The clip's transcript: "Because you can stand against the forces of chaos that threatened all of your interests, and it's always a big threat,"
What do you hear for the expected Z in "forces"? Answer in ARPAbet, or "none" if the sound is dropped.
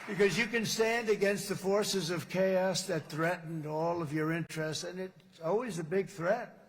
Z